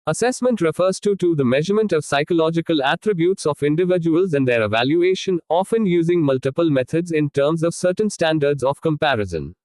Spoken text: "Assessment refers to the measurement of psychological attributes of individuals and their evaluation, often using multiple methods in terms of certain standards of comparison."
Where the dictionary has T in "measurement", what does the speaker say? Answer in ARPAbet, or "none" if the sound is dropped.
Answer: T